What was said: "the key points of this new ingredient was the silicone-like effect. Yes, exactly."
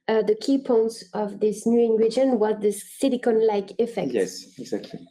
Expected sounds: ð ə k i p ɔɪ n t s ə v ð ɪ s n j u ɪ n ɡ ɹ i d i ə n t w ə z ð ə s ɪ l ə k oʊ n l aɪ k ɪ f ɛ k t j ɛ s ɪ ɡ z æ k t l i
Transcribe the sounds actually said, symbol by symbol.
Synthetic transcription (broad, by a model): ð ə k i p ɔɪ n t s ə v ð ɪ s n j u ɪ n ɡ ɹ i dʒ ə n w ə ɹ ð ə s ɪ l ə k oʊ n l aɪ k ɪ f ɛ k j ɛ s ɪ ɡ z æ k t l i